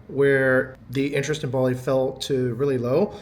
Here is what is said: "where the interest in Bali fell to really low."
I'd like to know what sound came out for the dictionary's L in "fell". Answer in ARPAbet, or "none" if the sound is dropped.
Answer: L